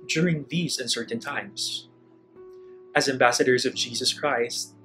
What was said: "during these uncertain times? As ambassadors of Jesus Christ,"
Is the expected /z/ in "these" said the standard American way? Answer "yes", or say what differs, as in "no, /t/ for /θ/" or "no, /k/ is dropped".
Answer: yes